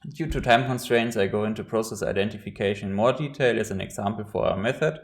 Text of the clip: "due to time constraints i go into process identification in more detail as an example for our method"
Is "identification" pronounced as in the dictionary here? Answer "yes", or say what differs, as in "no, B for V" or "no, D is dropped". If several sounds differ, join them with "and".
no, SH is dropped